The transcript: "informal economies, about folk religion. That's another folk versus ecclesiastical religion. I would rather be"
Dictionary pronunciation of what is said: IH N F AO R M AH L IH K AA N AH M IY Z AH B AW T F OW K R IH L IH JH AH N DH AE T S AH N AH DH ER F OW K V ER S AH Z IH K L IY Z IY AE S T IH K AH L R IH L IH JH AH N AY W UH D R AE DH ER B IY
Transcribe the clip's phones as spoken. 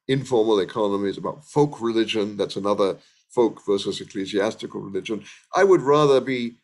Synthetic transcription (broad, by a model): IH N F AO R M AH L IH K AA N AH M IY Z AH B AW T F OW K R IH L IH JH AH N DH AE T S AH N AH DH ER F OW K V ER S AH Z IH K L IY Z IY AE S T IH K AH L R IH L IH JH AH N AY W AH D R AE DH ER B IY